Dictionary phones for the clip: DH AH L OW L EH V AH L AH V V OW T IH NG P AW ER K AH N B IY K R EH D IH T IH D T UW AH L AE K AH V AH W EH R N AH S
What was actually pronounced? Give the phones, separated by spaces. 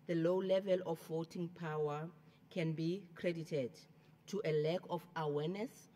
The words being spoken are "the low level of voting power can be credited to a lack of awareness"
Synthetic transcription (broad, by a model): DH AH L OW L EH V AH L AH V V OW T IH NG P AW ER K AH N B IY K R EH D IH T IH D T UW AH L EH K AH F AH W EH N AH S